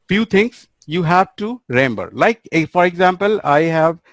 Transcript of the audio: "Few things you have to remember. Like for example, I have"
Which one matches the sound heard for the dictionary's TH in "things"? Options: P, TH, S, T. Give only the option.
T